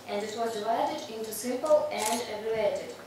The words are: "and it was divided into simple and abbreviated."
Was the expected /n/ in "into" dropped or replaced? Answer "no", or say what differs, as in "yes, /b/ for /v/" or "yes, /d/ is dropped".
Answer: no